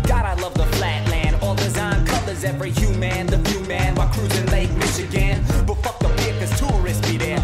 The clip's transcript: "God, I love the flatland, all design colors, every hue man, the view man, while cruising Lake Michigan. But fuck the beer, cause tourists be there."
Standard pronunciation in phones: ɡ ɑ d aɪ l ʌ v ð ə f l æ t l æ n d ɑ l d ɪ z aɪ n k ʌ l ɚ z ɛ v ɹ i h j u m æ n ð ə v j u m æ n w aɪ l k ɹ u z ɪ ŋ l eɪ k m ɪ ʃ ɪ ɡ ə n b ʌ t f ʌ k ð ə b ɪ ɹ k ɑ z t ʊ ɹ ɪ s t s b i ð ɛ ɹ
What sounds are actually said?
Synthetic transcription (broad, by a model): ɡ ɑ d aɪ l ʌ v ð ə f l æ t l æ n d ɑ l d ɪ z aɪ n k ʌ l ɚ z ɛ v ɹ i h j u m æ n ð ə f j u m æ n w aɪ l k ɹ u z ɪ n l eɪ k m ɪ ʃ ɪ ɡ ə n b ʌ t f ʌ k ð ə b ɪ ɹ k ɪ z t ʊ ɹ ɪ s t i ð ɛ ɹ